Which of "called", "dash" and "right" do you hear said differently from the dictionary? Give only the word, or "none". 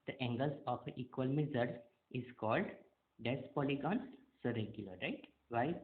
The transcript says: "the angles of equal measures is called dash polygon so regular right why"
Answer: dash